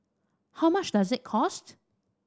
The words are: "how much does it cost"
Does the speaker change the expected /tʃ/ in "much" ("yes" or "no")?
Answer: yes